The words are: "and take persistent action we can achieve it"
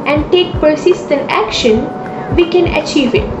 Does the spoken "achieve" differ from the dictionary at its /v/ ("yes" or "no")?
no